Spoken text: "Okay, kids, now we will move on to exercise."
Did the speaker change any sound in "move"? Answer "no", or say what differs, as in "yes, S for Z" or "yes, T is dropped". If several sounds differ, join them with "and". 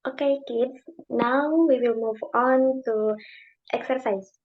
no